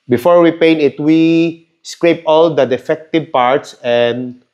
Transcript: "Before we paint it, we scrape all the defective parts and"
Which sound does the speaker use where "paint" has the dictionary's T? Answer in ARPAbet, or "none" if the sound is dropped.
none